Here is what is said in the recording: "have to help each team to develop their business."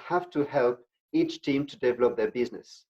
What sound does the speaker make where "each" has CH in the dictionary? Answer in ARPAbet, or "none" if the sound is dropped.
CH